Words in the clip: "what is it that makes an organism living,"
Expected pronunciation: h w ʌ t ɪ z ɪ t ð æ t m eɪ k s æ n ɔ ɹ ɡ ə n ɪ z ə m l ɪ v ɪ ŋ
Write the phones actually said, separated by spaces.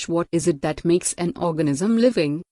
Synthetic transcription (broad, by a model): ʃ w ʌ t ɪ z ɪ t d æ t m eɪ k s æ n ɔ ɹ ɡ ə n ɪ z ə m l ɪ v ɪ ŋ